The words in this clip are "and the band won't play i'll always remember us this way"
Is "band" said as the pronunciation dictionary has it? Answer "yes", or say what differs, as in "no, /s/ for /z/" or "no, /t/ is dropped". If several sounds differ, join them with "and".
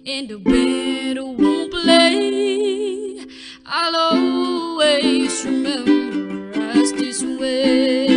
no, /n/ is dropped